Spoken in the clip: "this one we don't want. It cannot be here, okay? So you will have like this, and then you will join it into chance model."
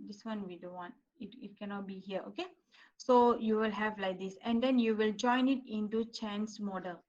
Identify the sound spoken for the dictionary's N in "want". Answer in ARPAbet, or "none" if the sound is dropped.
none